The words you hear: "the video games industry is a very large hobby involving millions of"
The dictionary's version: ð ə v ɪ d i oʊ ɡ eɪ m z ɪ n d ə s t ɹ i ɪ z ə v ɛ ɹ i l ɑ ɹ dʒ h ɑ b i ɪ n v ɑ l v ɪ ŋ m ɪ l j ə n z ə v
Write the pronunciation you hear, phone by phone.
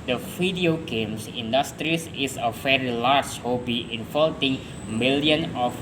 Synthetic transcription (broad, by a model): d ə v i d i oʊ ɡ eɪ m s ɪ n d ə s t ɹ i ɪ s ə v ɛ ɹ i l ɑ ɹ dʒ h ɑ b i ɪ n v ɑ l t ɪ ŋ m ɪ l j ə n ə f